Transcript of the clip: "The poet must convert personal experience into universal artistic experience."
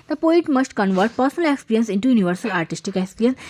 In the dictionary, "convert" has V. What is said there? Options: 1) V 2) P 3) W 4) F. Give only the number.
1